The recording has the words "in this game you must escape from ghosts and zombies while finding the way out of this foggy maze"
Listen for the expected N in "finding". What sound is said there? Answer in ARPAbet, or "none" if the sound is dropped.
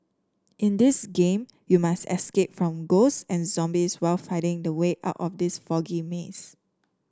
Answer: none